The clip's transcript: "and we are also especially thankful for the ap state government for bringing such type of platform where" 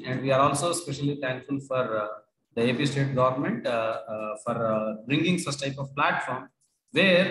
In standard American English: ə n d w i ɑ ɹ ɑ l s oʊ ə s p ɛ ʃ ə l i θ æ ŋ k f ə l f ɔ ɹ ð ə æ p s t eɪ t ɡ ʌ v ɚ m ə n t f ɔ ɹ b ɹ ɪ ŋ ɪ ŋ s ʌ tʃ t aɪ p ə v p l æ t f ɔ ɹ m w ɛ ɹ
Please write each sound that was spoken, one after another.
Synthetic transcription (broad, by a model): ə n d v i ɑ ɹ ɑ l s oʊ s p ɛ ʃ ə l i t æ ŋ k f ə l f ɔ ɹ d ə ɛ p s t eɪ t ɡ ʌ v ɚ m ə n t f ɔ ɹ b ɹ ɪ ŋ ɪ ŋ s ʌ s t aɪ p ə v p l æ t f ɔ ɹ m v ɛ ɹ